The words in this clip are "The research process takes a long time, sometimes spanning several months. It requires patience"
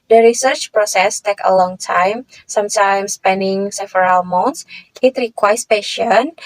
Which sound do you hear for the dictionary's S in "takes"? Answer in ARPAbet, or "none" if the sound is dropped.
none